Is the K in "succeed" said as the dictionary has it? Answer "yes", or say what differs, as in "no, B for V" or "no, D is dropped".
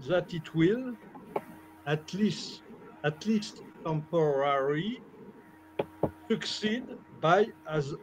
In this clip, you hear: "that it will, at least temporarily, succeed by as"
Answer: yes